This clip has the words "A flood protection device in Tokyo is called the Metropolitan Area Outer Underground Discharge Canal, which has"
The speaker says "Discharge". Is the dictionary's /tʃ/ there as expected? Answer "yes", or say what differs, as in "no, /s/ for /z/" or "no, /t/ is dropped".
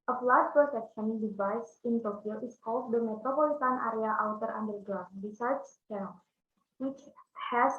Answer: no, /tʃ/ is dropped